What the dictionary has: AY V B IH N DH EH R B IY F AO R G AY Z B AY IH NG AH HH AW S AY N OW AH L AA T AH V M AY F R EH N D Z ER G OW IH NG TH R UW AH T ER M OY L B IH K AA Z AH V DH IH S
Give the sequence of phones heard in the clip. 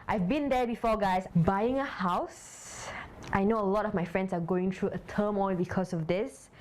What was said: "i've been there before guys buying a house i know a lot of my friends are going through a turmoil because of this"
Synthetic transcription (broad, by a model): AY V B IH N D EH B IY F AO G AY S B AY IH NG AH HH AW S AY N OW AH L AA T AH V M AY F R EH N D S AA G OW IH NG T R UW AH T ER M OY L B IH K AA S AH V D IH S